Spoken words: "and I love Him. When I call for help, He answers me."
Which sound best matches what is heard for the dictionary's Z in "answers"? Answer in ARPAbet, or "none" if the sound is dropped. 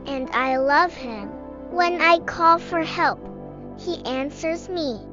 Z